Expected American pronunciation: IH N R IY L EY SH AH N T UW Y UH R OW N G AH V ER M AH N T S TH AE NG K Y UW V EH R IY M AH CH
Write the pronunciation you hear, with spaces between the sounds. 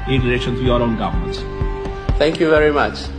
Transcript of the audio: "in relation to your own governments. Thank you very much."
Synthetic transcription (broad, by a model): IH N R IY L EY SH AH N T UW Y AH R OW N G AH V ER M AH N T TH AE NG K Y UW V EH R IY M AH CH